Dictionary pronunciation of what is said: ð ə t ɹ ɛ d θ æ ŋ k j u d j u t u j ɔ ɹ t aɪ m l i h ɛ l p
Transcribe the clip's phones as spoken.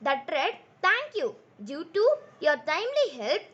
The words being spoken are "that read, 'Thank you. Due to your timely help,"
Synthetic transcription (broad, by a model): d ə t ɹ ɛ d t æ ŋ k j u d j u t u j ɔ ɹ t aɪ m l i h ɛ l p